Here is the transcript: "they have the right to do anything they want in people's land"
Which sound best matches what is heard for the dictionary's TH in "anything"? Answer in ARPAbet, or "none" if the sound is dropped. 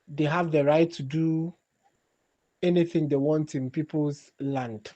TH